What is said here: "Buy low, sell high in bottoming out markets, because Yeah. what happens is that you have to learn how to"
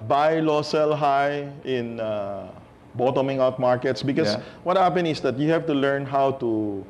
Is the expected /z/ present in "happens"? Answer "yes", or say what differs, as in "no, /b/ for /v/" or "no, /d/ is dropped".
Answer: no, /z/ is dropped